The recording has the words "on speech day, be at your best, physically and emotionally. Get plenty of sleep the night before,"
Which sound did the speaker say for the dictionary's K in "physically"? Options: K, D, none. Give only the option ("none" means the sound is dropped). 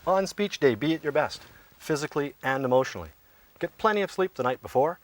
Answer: K